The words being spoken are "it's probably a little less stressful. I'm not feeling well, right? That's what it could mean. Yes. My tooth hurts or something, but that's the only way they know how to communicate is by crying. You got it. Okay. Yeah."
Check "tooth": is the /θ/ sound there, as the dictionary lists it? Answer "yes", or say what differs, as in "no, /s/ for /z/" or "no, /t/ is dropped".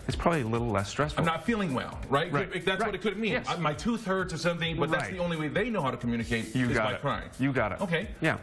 yes